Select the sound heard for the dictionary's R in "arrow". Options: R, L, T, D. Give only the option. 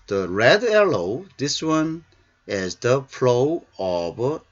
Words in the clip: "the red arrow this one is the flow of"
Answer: L